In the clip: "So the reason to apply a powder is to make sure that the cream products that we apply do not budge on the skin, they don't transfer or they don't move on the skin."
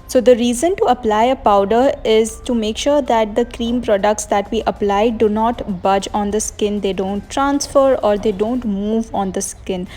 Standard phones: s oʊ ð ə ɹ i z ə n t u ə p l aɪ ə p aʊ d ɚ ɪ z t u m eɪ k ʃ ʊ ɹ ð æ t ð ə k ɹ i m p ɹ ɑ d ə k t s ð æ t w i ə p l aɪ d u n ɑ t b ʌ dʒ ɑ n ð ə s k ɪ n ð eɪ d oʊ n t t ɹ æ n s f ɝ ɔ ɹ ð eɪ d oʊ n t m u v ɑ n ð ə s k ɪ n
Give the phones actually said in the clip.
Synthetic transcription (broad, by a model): s oʊ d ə ɹ i z ə n t u ə p l aɪ ə p aʊ d ɚ ɪ z t u m eɪ k ʃ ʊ ɹ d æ t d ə k ɹ i m p ɹ ɑ d ə k t s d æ t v i ə p l aɪ d u n ɑ t b ʌ dʒ ɑ n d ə s k ɪ n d eɪ d oʊ n t t ɹ æ n s f ɝ ɔ ɹ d eɪ d oʊ n t m u v ɑ n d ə s k ɪ n